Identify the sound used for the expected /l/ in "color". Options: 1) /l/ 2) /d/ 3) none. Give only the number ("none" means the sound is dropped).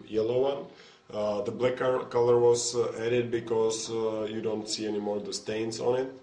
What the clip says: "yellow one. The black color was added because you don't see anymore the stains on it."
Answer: 1